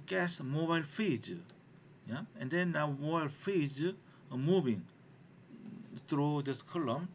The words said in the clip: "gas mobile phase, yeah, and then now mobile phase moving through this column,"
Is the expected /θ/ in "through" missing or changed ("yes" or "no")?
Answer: yes